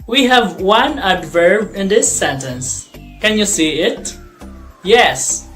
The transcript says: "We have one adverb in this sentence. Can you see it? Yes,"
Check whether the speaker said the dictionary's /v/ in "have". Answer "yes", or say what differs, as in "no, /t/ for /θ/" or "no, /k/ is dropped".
yes